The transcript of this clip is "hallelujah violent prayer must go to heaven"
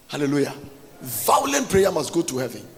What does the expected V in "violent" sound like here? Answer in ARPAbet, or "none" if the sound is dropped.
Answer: V